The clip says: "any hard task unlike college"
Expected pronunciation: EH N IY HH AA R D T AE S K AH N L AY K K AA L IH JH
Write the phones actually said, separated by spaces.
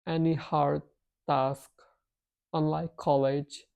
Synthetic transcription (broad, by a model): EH N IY HH AA R D T AE S K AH N L AY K K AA L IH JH